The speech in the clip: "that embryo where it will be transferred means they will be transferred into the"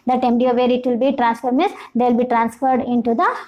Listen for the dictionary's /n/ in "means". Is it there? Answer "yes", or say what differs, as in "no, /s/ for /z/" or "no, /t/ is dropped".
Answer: no, /n/ is dropped